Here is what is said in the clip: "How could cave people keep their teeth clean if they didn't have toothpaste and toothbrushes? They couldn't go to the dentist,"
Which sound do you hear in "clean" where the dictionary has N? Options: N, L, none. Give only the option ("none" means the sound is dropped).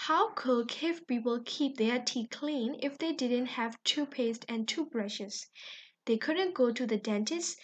N